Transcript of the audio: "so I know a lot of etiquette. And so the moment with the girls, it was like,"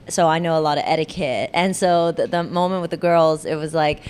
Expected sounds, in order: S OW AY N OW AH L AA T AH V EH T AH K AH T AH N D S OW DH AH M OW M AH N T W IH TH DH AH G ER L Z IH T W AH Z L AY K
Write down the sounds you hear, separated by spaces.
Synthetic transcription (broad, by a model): S OW AY N OW AH L AA T AH V EH T AH K AH T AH N S OW DH AH M OW M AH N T W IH DH AH G ER L Z IH T W AH Z L AY K